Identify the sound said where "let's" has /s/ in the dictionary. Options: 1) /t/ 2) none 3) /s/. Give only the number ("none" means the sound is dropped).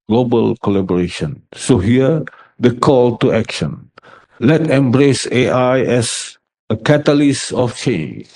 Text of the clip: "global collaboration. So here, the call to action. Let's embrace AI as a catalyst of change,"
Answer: 2